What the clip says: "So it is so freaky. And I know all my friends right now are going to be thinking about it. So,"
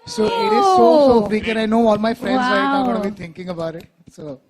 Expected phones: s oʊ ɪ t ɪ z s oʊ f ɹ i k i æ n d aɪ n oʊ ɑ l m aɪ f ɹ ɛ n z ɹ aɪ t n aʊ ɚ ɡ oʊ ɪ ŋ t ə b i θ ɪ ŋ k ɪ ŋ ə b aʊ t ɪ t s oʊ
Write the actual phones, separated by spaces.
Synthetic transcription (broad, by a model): s oʊ ɪ t ɪ z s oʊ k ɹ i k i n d aɪ n oʊ ɑ l m aɪ f ɹ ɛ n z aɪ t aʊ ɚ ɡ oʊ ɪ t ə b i t ɪ ŋ k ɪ ŋ ə b aʊ t ɪ t s oʊ